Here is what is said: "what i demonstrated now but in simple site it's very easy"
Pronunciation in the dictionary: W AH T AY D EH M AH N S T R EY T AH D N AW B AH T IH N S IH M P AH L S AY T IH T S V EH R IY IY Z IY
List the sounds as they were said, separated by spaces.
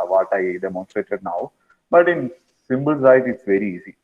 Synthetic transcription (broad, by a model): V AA T AY D EH M AH N S T R EY T AH D N AW B AH T IH N S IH M B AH L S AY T IH T S V EH R IY IY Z IY